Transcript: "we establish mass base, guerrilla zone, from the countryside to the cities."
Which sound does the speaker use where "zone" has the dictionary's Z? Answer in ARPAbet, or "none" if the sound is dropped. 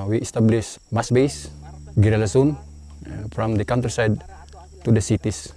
S